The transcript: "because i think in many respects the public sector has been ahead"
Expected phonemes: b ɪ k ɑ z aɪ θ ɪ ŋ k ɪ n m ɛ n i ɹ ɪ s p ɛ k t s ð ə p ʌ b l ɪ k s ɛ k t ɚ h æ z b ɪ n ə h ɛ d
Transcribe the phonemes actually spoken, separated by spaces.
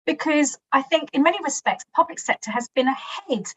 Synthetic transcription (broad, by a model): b ɪ k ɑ z aɪ θ ɪ ŋ k ɪ n m ɛ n i ɹ ɪ s p ɛ k t s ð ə p ʌ b l ɪ k s ɛ k t ɚ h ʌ z b ɪ n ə h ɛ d